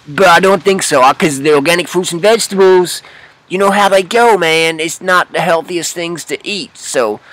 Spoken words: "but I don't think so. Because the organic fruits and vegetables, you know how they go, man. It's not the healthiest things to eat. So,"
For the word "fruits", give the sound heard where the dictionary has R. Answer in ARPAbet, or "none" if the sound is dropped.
none